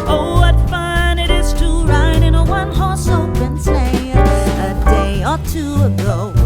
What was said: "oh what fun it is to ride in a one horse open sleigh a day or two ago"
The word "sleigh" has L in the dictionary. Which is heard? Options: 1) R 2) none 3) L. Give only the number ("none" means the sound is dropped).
2